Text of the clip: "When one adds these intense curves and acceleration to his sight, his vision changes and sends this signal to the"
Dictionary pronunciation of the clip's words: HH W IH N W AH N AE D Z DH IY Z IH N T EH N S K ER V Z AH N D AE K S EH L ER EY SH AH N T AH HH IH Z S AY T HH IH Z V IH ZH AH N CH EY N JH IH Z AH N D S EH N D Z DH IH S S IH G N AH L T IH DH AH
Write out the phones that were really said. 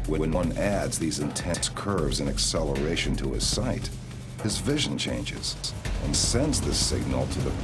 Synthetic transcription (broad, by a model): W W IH N W AH N AE D Z DH IY Z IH N T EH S K ER V Z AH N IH K S EH L ER EY SH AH N T AH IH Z S AY T HH IH Z V IH ZH AH N CH EY N JH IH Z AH N S EH N D Z DH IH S S IH G N L T IH DH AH